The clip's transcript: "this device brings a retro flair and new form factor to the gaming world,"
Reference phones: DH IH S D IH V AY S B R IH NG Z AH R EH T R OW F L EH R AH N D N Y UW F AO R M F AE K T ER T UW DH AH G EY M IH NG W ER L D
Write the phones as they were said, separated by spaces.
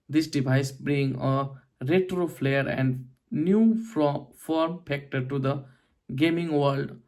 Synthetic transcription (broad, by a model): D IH S D IH V AY S B R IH NG AH R EH T R OW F L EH R AH N D N Y UW F AO R M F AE K T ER T UW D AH G EY M IH NG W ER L D